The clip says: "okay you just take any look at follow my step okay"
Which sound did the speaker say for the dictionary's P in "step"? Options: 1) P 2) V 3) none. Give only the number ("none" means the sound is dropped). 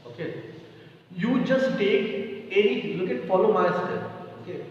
3